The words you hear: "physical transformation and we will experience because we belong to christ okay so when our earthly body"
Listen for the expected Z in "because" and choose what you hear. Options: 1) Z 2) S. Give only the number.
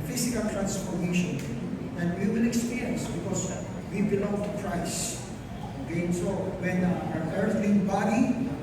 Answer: 2